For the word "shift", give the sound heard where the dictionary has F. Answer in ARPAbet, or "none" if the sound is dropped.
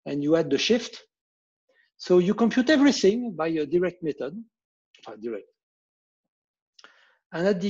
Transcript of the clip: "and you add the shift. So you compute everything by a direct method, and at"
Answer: F